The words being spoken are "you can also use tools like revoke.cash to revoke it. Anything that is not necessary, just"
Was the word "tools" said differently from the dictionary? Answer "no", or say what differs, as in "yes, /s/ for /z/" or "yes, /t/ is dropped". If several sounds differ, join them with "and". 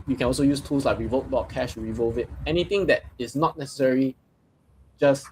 yes, /s/ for /z/